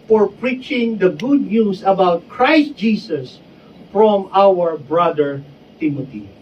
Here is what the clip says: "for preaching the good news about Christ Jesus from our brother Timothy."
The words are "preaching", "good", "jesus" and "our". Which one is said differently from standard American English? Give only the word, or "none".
jesus